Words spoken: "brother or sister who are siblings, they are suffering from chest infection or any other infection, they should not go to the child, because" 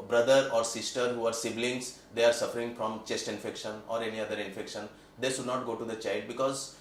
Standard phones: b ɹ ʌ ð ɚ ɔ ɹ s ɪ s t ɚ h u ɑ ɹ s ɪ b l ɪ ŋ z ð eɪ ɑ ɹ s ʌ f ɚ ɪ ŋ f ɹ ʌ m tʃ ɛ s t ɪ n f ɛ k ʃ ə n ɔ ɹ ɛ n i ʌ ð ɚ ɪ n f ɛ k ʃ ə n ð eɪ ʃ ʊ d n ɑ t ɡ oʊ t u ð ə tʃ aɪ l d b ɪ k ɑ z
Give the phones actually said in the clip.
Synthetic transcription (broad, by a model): b ɹ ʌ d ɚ ɔ ɹ s ɪ s t ɚ h u ɑ ɹ s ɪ b l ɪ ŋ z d eɪ ɑ ɹ s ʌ f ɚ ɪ ŋ f ɹ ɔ m tʃ ɛ s t ɪ n f ɛ k ʃ ə n ɔ ɹ ɛ n i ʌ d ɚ ɪ n f ɛ k ʃ ə n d eɪ ʃ ʊ d n ɑ t ɡ oʊ t u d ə tʃ aɪ l d b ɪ k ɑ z